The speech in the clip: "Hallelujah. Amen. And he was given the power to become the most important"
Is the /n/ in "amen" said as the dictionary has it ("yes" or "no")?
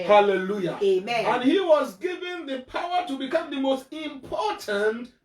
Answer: no